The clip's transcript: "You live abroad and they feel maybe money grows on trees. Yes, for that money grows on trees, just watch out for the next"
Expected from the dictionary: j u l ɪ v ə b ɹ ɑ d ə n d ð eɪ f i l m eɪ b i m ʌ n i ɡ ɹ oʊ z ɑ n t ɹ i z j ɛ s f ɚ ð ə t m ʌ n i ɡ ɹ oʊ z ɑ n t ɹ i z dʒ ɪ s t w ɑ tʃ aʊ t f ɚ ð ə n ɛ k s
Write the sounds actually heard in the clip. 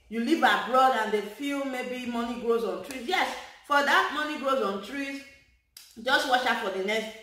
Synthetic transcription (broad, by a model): j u l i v ə b ɹ ɑ d ə n d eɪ f i l m eɪ b i m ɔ n i ɡ ɹ oʊ z ɑ n t ɹ i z j ɛ s f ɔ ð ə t m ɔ n i ɡ ɹ oʊ z ɑ n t ɹ i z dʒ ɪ s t w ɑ ʃ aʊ f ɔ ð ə n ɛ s